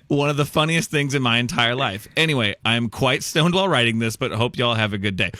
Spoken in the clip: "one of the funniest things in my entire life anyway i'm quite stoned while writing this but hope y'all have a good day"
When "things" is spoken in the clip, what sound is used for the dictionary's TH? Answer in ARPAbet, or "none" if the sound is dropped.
TH